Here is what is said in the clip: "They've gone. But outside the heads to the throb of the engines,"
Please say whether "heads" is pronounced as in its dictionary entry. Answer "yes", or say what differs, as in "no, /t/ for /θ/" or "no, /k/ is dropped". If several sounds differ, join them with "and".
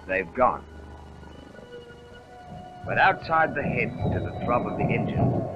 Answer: no, /z/ is dropped